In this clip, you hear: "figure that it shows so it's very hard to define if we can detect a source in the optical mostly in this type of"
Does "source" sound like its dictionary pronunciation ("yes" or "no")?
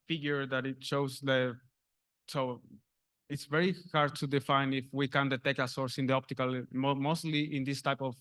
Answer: yes